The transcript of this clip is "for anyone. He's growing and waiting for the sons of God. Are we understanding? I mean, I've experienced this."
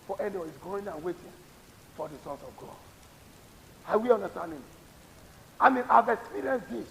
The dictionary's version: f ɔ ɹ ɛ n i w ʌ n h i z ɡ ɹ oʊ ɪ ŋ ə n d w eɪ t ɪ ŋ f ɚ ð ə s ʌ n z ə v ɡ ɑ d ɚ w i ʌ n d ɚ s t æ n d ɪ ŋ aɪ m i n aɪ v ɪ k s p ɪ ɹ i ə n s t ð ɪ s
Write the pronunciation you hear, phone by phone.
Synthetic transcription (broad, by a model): f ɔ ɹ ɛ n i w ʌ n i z ɡ oʊ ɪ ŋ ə n w eɪ t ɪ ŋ f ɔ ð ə s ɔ n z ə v ɡ ɑ d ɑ w i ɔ n d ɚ s t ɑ n d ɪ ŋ aɪ m i n aɪ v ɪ k s p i ɹ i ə n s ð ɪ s